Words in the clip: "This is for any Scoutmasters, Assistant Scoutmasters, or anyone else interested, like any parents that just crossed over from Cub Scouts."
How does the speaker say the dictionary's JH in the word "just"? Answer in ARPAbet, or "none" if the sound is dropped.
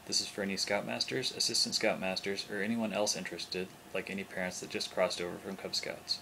ZH